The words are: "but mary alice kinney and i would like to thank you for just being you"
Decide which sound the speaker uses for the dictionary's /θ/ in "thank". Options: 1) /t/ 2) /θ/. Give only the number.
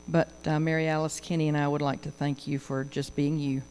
2